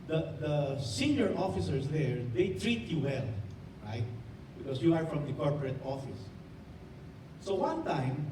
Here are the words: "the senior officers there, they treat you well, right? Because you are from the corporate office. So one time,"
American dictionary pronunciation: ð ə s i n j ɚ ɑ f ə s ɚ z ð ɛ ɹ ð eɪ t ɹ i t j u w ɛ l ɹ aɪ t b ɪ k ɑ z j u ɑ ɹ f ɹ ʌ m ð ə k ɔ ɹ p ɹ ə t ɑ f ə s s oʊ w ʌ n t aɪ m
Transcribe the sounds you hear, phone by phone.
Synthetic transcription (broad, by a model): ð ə s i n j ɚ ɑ f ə s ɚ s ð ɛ ɹ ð eɪ t ɹ i t j u w ɛ l ɹ aɪ t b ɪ k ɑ s j u ɑ ɹ f ɹ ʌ m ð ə k ɔ ɹ p ɹ ə t ɑ f ə s s oʊ w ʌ n t aɪ m